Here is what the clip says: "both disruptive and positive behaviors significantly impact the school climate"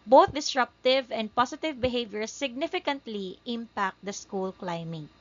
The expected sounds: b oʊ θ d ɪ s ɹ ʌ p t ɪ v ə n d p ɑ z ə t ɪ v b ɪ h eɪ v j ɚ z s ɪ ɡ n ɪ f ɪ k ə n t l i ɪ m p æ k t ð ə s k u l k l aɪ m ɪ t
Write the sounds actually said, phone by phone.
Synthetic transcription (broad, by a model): b oʊ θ d ɪ s ɹ ʌ p t ɪ v ə n d p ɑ s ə t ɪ v b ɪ h eɪ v j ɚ s ɪ ɡ n ɪ f ɪ k ə n t l i ɪ m p æ k t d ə s k u l k l aɪ m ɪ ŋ